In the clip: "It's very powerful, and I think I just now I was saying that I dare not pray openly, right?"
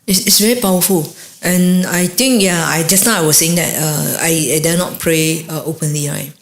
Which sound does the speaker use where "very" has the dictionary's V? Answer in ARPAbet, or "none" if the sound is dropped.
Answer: V